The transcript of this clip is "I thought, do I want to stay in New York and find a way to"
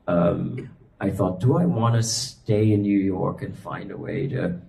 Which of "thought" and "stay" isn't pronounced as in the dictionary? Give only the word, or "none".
none